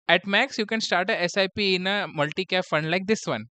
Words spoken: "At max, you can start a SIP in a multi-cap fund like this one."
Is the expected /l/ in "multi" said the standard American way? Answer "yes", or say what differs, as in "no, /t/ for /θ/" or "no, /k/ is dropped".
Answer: yes